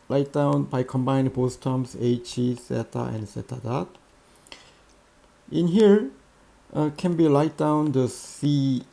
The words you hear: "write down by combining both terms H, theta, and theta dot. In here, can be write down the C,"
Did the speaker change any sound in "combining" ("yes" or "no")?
yes